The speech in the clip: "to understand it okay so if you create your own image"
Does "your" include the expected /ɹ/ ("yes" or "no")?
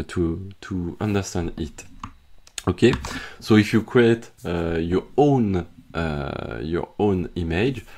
yes